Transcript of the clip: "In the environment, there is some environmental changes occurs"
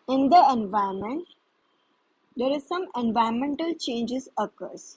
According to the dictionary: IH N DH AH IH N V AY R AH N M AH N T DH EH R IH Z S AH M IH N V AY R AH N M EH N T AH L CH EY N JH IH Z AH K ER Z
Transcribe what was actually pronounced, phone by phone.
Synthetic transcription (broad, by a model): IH N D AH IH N V AY AH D M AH N T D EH R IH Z S AH M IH N V AY AH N M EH N T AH L CH EY N JH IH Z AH K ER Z